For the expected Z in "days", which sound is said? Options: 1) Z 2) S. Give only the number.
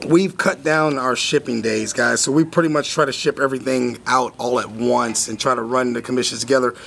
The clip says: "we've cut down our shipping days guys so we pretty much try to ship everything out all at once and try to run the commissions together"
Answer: 1